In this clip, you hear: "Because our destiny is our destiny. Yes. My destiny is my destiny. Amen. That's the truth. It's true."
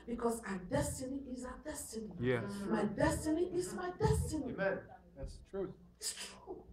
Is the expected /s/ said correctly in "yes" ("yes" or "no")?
no